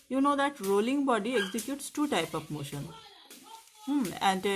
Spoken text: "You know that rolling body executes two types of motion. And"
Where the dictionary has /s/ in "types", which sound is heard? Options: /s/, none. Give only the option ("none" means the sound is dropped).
none